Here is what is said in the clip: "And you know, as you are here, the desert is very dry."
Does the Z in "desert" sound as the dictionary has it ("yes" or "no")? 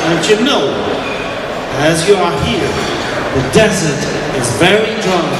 yes